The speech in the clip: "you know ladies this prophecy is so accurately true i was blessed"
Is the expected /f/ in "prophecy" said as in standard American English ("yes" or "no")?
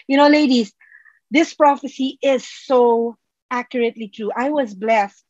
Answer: yes